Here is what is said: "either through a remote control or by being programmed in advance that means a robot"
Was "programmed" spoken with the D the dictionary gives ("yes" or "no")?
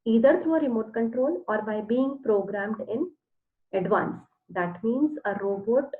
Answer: yes